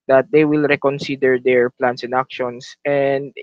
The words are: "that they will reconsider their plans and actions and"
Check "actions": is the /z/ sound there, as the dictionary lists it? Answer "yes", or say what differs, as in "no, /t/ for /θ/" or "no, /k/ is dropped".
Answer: no, /s/ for /z/